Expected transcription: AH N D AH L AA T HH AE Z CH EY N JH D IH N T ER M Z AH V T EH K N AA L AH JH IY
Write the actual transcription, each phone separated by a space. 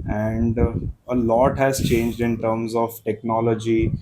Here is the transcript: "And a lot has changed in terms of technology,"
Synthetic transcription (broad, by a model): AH N D AH L AA T HH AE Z CH EY N JH D IH N T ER M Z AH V T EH K N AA L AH JH IY